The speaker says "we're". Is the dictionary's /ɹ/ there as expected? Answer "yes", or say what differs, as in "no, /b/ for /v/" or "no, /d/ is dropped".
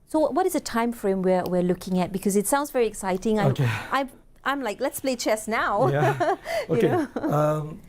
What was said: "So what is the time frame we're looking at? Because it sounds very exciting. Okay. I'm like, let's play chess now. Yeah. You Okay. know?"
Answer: no, /w/ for /ɹ/